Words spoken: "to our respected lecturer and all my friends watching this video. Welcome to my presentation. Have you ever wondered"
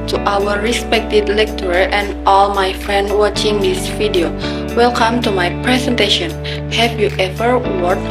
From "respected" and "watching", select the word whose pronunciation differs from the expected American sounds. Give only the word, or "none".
none